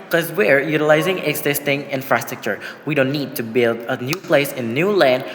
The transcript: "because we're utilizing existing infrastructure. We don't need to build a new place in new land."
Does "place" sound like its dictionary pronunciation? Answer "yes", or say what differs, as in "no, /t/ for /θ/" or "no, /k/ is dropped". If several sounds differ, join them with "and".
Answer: yes